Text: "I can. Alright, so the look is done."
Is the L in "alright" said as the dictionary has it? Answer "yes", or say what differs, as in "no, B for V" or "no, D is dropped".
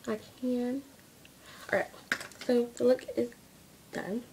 no, L is dropped